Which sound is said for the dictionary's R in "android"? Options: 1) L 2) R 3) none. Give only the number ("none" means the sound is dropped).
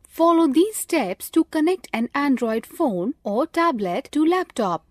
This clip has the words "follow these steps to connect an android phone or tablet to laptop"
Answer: 2